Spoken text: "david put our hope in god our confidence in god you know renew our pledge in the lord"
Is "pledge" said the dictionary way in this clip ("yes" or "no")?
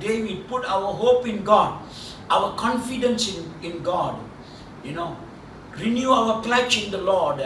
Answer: no